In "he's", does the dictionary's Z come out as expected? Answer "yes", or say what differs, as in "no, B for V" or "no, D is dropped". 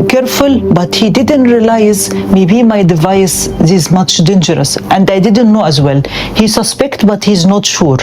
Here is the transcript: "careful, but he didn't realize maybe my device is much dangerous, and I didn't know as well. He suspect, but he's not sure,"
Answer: yes